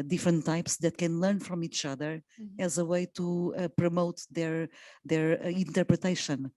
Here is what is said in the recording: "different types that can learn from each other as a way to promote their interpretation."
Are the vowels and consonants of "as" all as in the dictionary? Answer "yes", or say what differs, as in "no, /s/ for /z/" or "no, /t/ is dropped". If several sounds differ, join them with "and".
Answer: yes